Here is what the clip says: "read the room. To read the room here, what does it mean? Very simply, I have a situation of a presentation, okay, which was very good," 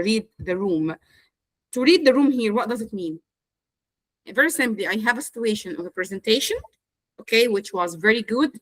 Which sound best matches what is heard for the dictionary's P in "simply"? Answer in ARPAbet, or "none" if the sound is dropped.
none